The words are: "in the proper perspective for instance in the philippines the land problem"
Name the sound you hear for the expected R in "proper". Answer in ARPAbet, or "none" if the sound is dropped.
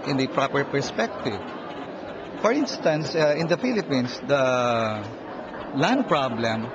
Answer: R